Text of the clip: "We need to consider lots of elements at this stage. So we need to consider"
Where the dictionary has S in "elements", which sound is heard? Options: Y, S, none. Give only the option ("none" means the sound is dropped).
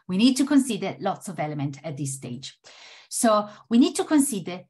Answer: none